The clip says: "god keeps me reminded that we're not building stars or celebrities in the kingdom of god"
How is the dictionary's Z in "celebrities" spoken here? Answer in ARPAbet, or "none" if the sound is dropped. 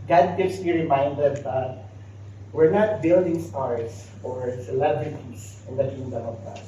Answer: S